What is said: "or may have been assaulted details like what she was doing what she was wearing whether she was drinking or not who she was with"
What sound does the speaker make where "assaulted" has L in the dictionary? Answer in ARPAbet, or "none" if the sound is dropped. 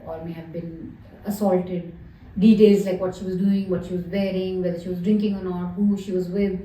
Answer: L